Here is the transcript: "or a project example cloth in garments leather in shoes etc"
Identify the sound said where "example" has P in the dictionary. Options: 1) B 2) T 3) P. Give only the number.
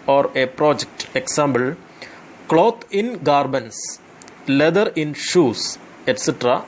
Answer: 1